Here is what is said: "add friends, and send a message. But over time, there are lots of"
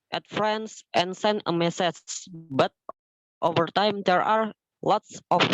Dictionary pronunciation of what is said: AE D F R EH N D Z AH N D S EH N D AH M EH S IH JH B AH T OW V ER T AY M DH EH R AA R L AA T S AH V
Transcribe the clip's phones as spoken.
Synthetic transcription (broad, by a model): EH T F R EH N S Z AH N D S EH N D AH M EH S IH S B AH T OW V ER T AY M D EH R AA R L AA T S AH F